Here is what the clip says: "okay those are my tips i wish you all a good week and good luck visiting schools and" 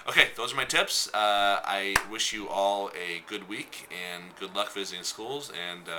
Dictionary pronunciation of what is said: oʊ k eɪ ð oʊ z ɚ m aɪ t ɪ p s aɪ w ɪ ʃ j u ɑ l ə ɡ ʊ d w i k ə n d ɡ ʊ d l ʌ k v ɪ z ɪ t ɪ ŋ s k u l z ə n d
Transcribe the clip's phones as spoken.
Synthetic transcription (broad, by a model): oʊ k eɪ ð oʊ z ɚ m aɪ t ɪ p s aɪ w ɪ ʃ j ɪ ɑ l ə ɡ ʊ d w i k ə n ɡ ʊ d l ʌ k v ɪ z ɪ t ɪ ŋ s k u l z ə n